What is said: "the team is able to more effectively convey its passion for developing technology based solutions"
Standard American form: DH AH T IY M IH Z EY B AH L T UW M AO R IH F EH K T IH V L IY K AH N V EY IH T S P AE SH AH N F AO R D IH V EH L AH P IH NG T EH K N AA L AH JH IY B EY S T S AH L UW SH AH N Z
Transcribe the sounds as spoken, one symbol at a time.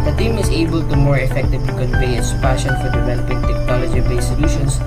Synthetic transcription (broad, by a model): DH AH T IY M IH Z EY B AH L T UW M AO R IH F EH K T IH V L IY K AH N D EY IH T S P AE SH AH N F AO R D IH P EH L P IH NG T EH K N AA L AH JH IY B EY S S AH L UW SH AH N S